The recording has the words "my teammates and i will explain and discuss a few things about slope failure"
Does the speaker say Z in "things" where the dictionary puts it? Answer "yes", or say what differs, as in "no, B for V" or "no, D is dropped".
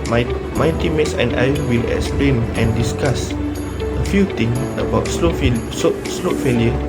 no, Z is dropped